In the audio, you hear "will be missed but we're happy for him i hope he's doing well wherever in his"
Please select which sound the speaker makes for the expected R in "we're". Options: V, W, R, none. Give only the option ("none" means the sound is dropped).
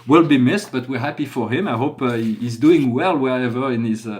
R